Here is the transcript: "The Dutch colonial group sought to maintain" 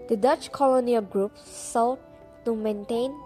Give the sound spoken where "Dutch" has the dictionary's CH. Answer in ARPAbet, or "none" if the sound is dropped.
CH